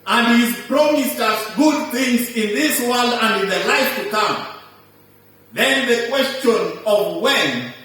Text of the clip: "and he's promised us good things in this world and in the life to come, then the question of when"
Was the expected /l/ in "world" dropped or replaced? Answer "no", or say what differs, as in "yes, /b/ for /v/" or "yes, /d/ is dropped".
no